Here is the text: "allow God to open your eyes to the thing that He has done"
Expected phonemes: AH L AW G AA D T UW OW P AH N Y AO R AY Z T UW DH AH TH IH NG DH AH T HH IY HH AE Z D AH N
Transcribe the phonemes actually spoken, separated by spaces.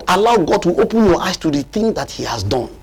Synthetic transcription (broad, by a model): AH L AW G AA D T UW OW P AH N Y AO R AY S T UW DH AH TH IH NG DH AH T HH IY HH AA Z D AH N